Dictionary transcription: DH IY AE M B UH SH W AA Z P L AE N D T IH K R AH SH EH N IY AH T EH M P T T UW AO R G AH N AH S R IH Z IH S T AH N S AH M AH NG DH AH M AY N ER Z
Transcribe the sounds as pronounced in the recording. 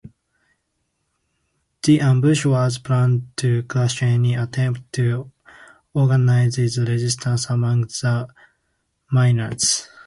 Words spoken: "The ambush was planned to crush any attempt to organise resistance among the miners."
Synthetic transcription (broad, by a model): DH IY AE M B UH SH W AA Z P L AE N T IH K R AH S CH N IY AH T EH M P T T UW AO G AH N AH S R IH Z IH S T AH N S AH M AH NG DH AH M AY N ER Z